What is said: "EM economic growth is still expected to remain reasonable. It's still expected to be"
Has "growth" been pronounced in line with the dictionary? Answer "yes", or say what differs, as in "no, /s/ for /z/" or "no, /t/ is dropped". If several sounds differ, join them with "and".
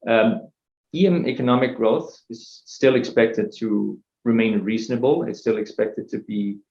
yes